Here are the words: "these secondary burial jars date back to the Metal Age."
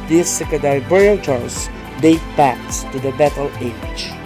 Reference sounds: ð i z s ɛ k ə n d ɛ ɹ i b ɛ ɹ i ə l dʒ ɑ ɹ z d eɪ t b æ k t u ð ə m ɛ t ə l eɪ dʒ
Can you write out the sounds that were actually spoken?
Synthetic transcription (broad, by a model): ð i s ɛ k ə d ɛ i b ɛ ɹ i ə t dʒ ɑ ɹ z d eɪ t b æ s t u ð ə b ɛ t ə l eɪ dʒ